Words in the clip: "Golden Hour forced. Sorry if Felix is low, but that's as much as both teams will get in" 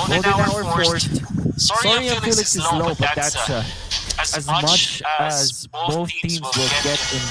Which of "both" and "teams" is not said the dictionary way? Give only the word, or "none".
both